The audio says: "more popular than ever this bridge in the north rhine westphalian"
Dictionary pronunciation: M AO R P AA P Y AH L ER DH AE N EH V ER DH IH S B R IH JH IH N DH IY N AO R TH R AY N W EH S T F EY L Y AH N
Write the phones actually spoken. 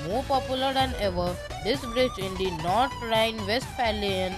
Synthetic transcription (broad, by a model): M AO R P AA P Y AH L ER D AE N EH V ER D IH S B R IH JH IH N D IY N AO R T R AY N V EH S T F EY L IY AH N